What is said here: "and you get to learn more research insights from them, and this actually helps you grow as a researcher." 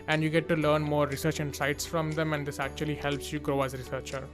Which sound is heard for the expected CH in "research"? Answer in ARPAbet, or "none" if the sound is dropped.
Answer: CH